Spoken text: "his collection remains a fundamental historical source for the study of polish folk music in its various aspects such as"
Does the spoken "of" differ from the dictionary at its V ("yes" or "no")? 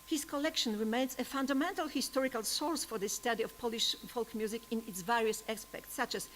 yes